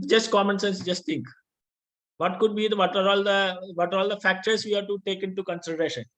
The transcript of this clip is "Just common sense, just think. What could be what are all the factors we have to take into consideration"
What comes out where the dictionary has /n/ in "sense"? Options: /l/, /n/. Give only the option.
/n/